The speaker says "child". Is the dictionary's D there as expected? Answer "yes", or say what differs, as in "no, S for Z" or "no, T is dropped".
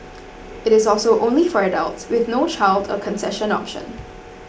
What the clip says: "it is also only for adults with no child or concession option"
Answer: yes